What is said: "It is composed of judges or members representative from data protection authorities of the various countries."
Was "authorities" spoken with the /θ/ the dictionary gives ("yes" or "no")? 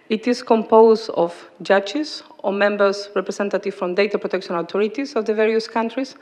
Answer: no